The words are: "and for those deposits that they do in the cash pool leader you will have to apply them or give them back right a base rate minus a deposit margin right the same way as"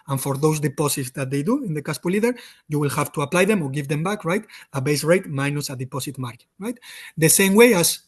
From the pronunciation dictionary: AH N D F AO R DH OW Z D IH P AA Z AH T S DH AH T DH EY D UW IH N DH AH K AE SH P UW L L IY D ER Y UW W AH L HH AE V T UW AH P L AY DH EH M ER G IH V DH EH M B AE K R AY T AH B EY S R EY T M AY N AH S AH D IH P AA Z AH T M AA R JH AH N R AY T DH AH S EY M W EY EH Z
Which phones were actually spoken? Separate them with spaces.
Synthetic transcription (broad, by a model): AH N F AO R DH OW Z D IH P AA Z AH T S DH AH T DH EY D UW IH N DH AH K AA S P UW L L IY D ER Y UW W AH L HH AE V T UW AH P L AY DH EH M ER G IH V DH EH M B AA K R AY T AH B EY S R EY T M AY N AH S AH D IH P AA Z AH T M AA R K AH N R AY T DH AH S EY M W EY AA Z